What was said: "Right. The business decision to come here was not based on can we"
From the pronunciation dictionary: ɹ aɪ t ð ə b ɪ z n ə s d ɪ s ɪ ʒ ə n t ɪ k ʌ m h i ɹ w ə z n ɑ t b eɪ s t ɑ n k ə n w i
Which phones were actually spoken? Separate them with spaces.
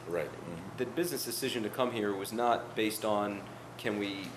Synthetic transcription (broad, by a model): ɹ aɪ t ð ə b ɪ z n ə s d ɪ s ɪ ʒ ə n t ɪ k ʌ m h i ɹ w ə z n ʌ t b eɪ s t n k ə n w i